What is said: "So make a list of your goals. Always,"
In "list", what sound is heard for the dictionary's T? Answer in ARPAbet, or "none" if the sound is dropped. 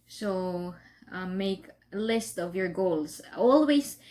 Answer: T